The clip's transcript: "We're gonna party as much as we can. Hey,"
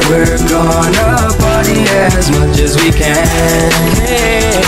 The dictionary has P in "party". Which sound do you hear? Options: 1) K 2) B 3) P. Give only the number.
2